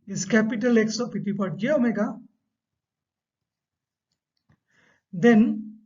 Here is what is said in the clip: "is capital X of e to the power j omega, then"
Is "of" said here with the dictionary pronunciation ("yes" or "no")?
no